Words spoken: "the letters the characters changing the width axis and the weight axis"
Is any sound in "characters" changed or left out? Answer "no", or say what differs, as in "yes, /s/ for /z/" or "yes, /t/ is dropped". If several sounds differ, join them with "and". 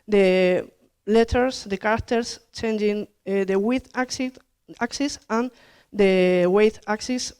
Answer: yes, /s/ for /z/